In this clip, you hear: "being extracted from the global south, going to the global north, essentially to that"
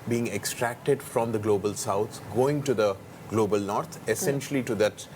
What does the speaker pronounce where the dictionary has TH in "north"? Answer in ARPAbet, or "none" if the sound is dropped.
T